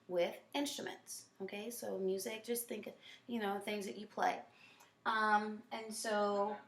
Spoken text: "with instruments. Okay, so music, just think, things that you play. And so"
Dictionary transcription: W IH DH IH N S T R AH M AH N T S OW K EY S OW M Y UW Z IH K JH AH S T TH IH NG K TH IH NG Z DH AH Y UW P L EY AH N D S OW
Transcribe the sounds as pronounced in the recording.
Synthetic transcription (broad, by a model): W IH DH IH N S T R AH M AH N T S OW K EY S OW M Y UW Z IH K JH AH S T TH IH NG K TH IH NG Z DH AH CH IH P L EY AH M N S OW